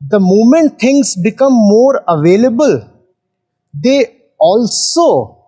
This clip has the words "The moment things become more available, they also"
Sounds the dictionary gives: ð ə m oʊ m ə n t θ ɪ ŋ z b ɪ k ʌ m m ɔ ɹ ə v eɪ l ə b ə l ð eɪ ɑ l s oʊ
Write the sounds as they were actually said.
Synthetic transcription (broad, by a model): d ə m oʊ m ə n t t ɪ ŋ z b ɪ k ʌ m m ɔ ɹ ə v eɪ l ə b ə l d eɪ ɑ l s oʊ